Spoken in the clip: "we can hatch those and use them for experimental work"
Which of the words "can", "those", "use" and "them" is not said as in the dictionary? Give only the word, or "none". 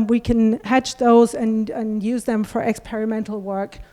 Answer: none